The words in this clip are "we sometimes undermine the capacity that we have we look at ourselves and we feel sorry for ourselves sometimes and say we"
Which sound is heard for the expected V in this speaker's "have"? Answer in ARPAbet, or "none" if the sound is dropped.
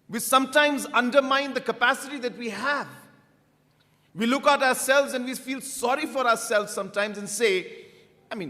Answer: V